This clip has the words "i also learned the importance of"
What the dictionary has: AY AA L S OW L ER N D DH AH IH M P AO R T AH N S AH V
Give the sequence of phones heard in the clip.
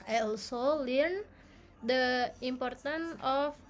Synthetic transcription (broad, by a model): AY AA L S OW L ER N D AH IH M P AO R T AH N AH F